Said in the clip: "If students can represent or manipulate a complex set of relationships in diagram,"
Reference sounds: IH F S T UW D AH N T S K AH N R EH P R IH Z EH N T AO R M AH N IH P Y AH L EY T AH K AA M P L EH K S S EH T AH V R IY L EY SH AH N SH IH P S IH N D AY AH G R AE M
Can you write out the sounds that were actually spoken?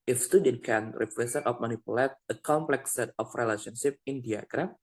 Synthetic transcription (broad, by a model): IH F S T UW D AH N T K AH N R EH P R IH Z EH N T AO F M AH N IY P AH L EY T AH K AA M P L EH K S S EH T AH F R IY L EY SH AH N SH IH P IH N D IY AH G R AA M